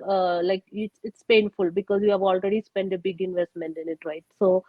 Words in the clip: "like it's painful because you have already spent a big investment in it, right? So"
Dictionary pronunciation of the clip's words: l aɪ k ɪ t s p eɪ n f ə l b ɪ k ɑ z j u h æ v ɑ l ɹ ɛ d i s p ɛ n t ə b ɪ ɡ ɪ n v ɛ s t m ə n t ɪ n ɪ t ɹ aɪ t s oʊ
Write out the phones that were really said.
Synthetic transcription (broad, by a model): l aɪ k ɪ t s p eɪ n f ə l b ɪ k ɑ z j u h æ v ɑ l ɹ ɛ d i s p ɛ n t ə b ɪ ɡ ɪ n v ɛ s t m ə n t ɪ n ɪ t ɹ aɪ t s oʊ